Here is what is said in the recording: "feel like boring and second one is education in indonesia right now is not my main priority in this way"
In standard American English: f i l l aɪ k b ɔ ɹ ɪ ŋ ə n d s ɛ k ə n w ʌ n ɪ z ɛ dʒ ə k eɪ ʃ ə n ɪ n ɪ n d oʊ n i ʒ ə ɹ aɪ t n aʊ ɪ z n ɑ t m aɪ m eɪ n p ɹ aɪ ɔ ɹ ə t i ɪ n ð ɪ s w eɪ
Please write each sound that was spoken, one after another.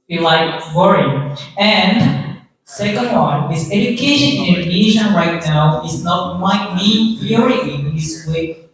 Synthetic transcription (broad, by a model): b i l l aɪ k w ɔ ɹ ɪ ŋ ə n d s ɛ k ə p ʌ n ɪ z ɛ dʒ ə k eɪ ə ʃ ɪ n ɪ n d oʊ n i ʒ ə ɹ aɪ t n aʊ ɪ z n ɑ t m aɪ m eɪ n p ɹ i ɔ ɹ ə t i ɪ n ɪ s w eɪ